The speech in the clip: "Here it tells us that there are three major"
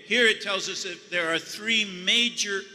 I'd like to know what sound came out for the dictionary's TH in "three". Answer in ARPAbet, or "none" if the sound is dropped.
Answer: TH